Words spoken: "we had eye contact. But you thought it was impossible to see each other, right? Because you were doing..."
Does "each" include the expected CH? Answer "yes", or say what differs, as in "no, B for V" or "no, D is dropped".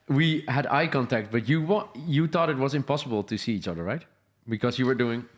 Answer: yes